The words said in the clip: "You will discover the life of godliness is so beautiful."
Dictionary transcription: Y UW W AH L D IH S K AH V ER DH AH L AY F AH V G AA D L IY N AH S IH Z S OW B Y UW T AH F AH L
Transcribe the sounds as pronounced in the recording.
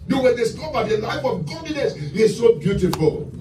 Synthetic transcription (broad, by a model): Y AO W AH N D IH S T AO B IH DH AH L AY F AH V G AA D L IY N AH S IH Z S OW B Y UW T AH F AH L